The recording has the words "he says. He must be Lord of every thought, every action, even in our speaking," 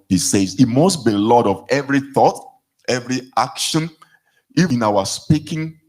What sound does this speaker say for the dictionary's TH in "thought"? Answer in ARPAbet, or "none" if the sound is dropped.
TH